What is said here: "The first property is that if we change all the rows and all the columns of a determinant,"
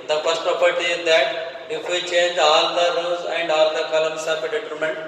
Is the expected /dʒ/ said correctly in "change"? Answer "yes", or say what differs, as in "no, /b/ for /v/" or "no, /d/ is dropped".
yes